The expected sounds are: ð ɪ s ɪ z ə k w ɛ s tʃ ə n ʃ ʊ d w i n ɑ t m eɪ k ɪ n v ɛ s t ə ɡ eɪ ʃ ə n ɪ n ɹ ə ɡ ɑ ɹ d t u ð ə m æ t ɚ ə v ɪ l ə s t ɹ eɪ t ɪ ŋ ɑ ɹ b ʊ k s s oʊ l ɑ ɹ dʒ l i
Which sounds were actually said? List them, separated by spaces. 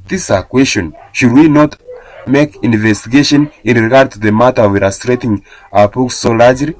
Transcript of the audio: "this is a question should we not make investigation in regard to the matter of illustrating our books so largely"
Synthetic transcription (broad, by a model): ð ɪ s ə k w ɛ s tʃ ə n ʃ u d w i n ɑ t m eɪ k ɪ n v ɛ s t ə ɡ eɪ ʃ ə n ɪ n ɹ ə ɡ ɑ ɹ d t u ð ə m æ t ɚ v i ə s t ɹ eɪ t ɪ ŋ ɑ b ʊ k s s oʊ l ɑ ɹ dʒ l i